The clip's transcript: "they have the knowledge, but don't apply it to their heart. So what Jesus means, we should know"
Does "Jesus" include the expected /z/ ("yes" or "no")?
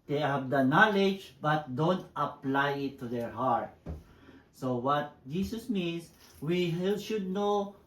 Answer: no